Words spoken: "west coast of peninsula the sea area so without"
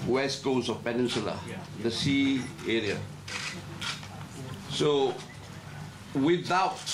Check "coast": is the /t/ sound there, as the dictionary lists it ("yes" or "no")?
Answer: no